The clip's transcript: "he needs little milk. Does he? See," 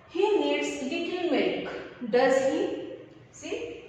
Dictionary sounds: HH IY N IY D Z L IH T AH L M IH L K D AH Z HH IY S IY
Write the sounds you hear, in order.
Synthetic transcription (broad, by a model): HH IY N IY D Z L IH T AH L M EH K D AH Z HH IY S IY